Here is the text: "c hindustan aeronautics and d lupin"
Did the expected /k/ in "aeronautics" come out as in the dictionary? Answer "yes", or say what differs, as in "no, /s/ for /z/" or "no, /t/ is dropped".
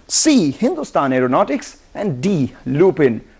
yes